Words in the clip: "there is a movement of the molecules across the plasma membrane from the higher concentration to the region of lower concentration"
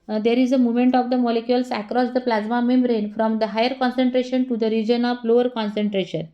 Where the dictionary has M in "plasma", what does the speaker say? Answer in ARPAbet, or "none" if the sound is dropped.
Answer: M